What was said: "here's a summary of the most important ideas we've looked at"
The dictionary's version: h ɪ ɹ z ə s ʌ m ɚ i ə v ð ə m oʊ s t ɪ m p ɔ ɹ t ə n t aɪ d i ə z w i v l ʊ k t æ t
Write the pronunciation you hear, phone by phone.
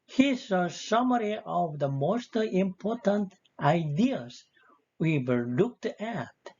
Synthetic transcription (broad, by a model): h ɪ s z ə s ʌ m ɚ i ə v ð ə m oʊ s t ɪ m p ɔ ɹ t ə n t aɪ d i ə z w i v l ʊ k t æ t